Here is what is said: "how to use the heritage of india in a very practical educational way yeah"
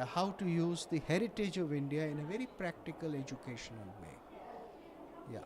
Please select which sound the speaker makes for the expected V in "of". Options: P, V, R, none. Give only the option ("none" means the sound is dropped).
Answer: V